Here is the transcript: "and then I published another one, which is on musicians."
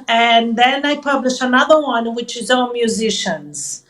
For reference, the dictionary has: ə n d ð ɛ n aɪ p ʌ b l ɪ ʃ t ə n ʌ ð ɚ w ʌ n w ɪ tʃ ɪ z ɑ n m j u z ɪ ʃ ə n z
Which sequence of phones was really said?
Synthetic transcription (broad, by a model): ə n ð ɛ n aɪ p ʌ b l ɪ ʃ ə n ʌ ð ɚ w ʌ n w ɪ tʃ ɪ z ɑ m j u z ɪ ʃ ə n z